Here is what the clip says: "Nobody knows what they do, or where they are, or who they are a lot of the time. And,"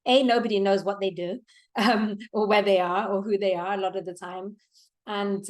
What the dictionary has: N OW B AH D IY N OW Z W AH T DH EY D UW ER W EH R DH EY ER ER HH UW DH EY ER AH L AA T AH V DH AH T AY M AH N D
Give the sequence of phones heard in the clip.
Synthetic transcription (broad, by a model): N OW B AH D IY N OW Z W AH T DH EY D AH ER W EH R DH EY ER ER HH UW DH EY ER AH L AA T AH V DH AH T AY M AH N